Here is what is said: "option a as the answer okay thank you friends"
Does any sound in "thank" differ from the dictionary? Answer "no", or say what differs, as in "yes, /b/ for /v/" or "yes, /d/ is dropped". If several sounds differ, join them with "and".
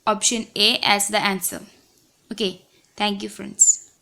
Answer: yes, /t/ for /θ/